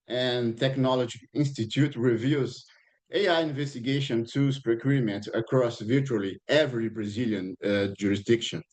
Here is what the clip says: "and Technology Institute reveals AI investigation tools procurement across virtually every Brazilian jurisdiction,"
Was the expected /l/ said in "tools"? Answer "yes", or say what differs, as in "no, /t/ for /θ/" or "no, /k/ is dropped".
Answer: no, /l/ is dropped